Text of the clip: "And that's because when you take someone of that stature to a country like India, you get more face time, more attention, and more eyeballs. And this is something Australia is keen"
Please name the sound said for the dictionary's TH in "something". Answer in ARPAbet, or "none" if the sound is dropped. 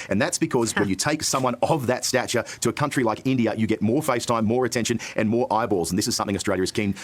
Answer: TH